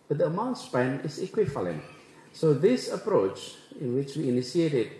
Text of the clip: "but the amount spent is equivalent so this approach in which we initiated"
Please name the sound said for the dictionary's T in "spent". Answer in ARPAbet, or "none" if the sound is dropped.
none